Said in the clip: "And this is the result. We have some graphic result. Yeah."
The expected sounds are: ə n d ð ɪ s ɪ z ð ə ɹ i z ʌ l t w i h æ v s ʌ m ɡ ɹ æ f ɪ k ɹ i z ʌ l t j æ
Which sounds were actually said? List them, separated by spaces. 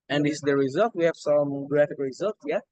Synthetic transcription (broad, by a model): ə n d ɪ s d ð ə ɹ i z ʌ l t w i h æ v s ʌ m ɡ ɹ æ f ɪ k ɹ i z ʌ l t j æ